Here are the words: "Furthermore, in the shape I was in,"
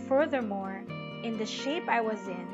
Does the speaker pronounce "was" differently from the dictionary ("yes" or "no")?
no